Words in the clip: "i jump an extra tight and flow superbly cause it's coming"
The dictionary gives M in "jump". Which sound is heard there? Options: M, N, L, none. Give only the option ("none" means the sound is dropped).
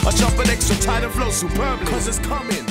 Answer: none